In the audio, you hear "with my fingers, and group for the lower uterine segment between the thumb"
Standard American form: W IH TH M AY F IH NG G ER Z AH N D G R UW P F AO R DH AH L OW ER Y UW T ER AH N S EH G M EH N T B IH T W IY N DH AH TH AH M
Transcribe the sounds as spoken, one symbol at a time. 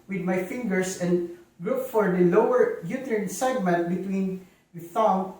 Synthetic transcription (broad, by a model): W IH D M AY F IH NG G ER S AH N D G R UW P F AO R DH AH L OW ER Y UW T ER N S EH G M EH N T B IH T W IY N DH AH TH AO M